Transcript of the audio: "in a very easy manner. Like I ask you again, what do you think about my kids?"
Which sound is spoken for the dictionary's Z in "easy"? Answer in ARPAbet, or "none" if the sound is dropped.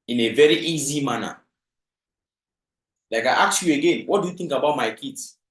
Z